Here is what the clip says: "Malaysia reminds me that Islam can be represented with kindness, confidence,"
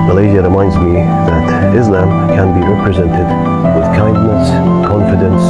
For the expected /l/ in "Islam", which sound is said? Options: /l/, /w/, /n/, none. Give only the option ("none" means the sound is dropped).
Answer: /l/